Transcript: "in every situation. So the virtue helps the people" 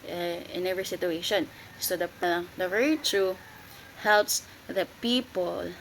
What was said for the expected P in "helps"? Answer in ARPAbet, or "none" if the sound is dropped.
P